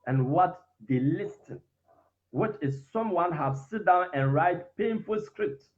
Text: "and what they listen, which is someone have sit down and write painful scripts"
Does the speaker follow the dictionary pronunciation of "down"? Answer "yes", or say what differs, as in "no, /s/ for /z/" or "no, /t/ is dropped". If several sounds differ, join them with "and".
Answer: yes